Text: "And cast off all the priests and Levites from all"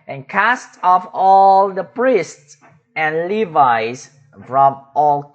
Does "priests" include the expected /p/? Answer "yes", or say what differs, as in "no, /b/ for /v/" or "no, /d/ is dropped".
yes